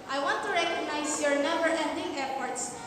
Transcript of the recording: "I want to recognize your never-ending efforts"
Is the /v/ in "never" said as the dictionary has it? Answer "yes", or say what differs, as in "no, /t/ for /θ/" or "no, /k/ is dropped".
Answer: no, /b/ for /v/